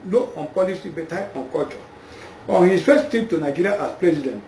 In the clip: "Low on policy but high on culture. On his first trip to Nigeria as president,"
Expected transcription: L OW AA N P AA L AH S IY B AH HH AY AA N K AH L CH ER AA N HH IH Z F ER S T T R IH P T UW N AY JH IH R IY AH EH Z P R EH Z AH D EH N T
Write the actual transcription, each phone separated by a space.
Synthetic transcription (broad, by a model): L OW AA N P AA L AH S IY B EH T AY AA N K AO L CH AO AA N HH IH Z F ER S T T IY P T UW N AY JH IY R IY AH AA S P R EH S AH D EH N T